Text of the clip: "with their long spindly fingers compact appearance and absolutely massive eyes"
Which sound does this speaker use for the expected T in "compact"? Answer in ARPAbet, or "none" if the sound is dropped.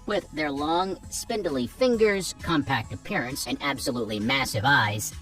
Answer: T